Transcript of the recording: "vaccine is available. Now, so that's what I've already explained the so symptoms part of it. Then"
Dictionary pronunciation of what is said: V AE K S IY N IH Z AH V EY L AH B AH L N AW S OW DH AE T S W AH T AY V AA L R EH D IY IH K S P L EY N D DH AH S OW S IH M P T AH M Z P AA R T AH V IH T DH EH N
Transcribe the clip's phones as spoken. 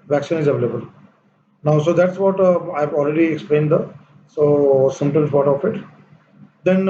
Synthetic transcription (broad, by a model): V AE K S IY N IH Z AH V EY L AH B AH L N AW S OW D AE T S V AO T AY V AA L R EH D IY IH K S P L EY N D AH S OW S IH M T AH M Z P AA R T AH F IH T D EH N